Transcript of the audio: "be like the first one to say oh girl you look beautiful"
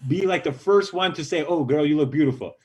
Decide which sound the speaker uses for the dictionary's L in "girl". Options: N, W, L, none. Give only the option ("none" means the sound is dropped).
N